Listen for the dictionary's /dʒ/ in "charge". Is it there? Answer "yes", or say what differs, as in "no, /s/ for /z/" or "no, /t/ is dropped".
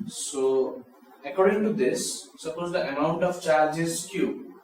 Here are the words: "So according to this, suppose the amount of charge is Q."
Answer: yes